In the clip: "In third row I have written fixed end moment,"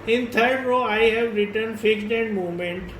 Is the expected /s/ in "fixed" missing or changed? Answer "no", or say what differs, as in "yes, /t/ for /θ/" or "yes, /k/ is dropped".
yes, /s/ is dropped